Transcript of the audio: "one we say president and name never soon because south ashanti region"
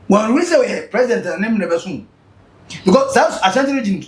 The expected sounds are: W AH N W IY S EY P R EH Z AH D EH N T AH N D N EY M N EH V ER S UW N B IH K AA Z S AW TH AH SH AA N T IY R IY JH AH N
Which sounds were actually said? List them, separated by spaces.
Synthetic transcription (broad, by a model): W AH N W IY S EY P R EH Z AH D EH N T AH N N EY M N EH B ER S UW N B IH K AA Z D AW S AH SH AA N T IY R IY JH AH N